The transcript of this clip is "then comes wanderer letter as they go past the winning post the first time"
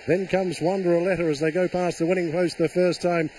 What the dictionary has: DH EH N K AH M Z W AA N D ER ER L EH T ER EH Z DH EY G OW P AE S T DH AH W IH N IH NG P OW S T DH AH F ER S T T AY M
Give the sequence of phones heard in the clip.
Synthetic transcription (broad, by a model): DH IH N K AH M Z W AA N D ER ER L EH T ER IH Z DH EY G OW P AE S DH AH W IH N IH NG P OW S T DH AH F ER S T T AY M